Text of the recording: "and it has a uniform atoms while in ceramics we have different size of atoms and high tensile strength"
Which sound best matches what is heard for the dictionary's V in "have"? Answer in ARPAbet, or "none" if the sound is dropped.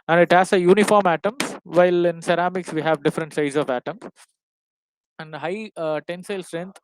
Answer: V